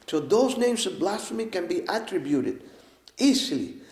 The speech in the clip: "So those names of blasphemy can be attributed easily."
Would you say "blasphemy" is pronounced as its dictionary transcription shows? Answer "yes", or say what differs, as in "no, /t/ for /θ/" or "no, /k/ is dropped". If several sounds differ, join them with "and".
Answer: no, /s/ is dropped